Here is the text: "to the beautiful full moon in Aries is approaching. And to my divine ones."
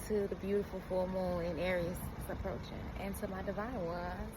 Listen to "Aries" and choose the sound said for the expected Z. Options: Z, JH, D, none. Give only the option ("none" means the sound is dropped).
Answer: none